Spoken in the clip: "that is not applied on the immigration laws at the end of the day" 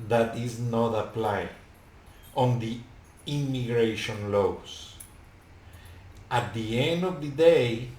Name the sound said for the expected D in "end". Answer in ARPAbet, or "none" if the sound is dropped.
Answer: D